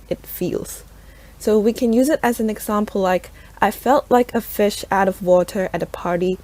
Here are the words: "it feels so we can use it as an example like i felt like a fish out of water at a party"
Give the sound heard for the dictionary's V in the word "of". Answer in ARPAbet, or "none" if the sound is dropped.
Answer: V